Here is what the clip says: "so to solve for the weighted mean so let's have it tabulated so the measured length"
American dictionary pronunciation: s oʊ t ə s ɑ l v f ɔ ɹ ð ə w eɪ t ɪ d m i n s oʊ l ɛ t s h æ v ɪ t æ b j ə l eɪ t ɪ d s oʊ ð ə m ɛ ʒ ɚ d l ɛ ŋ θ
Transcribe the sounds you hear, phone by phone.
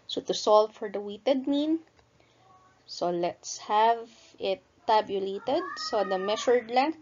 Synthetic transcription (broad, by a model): s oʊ t ə s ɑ l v f ɔ ɹ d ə w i t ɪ d m i n s oʊ l ɛ t s h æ v ɪ t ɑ b j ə l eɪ t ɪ d s oʊ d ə m ɛ ʃ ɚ d l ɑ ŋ